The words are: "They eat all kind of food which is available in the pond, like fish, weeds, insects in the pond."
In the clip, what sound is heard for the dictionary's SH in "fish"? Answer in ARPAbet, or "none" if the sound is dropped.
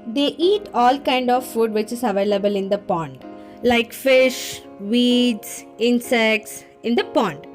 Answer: SH